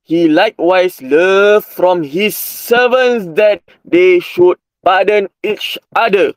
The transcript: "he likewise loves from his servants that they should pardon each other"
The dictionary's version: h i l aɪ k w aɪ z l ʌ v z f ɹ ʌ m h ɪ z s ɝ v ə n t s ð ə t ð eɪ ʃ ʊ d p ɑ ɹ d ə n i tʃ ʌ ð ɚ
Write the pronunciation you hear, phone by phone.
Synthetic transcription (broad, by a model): h i l aɪ k w aɪ s l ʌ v f ɹ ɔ m h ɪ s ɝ v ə n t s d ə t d eɪ ʃ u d b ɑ d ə n i tʃ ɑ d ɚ